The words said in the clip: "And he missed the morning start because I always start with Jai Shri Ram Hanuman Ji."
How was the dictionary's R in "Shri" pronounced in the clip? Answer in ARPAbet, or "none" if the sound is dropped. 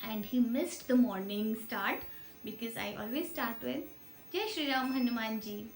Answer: R